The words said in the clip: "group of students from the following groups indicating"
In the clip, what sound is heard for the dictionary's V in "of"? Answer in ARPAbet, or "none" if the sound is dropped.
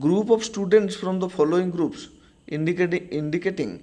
B